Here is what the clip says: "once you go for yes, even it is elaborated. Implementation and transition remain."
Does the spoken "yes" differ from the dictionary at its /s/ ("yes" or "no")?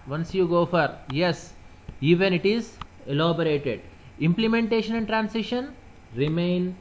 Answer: no